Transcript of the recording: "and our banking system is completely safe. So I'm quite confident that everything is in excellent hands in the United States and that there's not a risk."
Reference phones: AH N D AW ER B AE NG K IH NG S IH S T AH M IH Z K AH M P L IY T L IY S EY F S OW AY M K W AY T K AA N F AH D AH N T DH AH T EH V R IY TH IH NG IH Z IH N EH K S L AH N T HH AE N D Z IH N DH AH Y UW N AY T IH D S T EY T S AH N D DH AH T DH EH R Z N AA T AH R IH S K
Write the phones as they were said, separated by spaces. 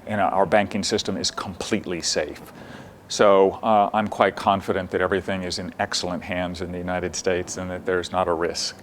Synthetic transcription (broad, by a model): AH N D AW ER B AE NG K IH NG S IH S T AH M IH Z K AH M P L IY T L IY S EY F S OW AY M K W AY T K AA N F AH D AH N DH AH T EH V R IY TH IH NG IH Z IH N EH K S L AH N T HH AE N D Z IH N DH AH Y UW N AY T IH D S T EY T S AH N DH AH T DH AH R Z N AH T AH R IH S K